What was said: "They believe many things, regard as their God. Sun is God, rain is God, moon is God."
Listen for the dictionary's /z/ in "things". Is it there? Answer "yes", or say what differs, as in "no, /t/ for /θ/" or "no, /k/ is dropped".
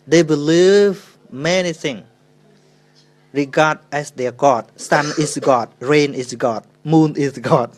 no, /z/ is dropped